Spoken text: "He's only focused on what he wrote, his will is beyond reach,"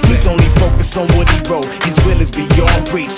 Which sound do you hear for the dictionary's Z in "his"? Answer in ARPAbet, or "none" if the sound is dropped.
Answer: Z